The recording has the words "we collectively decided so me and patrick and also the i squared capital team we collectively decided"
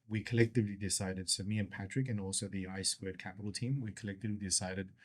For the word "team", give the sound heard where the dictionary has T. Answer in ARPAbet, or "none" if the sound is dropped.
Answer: T